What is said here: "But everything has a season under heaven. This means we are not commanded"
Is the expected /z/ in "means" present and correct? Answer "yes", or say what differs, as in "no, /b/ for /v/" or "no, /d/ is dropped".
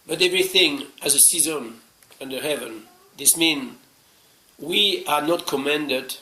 no, /z/ is dropped